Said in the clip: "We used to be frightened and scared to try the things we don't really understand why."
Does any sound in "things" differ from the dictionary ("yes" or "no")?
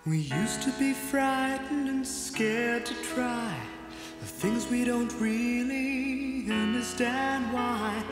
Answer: no